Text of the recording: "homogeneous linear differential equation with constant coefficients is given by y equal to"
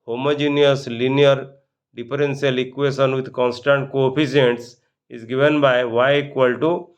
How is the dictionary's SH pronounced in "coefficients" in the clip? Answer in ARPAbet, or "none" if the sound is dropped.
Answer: none